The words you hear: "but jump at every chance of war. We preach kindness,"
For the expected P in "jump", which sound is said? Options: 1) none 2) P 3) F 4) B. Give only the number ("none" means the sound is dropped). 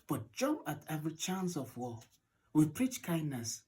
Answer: 1